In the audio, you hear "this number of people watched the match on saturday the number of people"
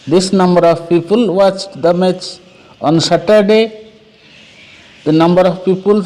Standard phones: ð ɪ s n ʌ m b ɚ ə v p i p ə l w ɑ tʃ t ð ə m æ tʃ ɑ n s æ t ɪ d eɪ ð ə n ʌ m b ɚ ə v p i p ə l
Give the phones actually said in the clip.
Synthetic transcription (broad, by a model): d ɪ s n ʌ m b ɚ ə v p i p ə l w ɑ tʃ t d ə m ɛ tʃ ɑ n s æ t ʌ d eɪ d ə n ʌ m b ɚ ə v p i p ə l